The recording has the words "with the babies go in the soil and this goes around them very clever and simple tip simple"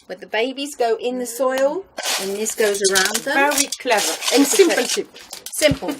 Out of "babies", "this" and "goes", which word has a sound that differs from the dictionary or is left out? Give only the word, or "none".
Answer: none